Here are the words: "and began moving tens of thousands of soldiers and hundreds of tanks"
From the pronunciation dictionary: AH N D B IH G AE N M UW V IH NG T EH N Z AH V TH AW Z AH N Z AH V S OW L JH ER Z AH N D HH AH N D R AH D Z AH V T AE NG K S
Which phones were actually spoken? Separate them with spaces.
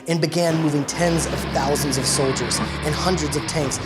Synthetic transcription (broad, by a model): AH N B IH G AE N M UW V IH NG T EH N Z AH V TH AW Z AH N Z AH V S OW L JH ER Z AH N HH AH N D R AH D Z AH V T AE NG K S